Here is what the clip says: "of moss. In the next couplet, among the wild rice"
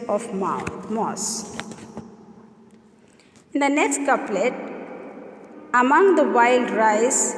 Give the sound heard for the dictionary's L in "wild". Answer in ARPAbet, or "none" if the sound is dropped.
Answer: L